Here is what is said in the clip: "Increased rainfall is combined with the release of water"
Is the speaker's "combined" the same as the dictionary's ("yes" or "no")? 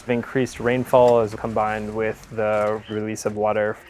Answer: yes